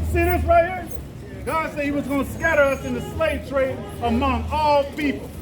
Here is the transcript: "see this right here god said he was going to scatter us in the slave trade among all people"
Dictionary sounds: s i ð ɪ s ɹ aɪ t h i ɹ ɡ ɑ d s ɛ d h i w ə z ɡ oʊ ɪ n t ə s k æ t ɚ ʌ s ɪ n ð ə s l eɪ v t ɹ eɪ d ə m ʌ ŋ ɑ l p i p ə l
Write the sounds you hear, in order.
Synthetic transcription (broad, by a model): s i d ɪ θ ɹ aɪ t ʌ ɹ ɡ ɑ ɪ s ɛ d h i w ə z ɡ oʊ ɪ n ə s k æ t ɚ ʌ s ɪ n ð ə s l eɪ v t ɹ eɪ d ə m ʌ ŋ ɑ l p i p l